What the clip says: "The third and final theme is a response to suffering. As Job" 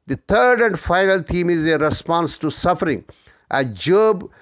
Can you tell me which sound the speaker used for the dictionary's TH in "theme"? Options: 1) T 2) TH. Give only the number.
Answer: 1